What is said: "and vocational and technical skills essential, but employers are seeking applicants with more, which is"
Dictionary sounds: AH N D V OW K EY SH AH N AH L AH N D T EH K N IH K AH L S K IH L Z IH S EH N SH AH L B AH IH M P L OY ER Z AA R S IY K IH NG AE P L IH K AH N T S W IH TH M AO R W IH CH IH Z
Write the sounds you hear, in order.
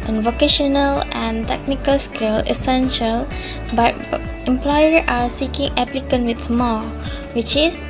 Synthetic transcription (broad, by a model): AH N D V OW K EY SH AH N AH L AH N D T EH K N IH K AH L S K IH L IH S EH N SH AH L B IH M P L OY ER AA R S IY K IH NG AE P L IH K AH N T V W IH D M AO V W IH CH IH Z